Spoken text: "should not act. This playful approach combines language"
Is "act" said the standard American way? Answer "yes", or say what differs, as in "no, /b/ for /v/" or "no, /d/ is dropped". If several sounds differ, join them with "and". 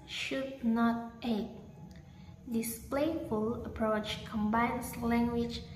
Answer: no, /k/ is dropped